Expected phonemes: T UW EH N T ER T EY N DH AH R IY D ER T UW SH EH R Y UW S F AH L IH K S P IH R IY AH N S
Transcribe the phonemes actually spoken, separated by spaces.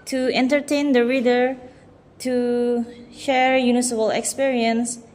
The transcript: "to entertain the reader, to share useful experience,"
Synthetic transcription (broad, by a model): T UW EH N T ER T EY N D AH R IY D ER T UW SH EH R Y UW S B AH L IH K S P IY R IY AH N S